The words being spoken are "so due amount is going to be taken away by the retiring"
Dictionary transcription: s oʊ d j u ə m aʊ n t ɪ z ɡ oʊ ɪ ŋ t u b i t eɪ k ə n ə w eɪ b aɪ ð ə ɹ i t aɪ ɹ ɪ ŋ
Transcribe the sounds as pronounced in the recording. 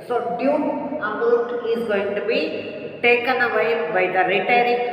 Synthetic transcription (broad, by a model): s oʊ d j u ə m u t ɪ z ɡ oʊ ɪ ŋ t u b i t eɪ k ə n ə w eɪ b aɪ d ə ɹ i t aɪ ɹ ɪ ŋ